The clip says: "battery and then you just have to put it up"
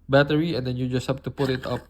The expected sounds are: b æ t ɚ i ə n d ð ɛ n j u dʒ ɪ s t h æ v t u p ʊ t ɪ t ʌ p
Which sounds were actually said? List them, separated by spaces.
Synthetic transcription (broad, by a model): b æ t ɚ i ə n d ɛ n j u dʒ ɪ s h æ p t u p ʊ t ɪ t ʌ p